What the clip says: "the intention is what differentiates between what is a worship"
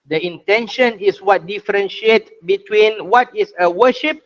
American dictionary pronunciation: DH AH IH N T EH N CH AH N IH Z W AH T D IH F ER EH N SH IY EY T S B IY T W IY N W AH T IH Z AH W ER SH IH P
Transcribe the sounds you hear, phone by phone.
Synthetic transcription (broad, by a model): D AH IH N T EH N SH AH N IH S W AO T D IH F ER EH N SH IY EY T B IY T W IY N W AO T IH S AH W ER SH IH P